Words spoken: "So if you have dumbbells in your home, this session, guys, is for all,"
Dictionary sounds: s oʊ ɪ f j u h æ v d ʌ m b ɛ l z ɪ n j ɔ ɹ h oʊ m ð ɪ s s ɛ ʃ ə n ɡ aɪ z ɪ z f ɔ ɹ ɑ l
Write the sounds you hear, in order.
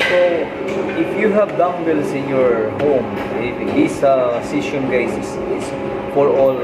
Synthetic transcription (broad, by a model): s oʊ ɪ f j u h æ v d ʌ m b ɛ l s ɪ n j ɔ ɹ h oʊ m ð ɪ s s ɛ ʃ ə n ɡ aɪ s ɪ s f ɔ ɹ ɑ l